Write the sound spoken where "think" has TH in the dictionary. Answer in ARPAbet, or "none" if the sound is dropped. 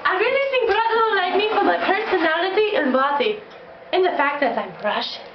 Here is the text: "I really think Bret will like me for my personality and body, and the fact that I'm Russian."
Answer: S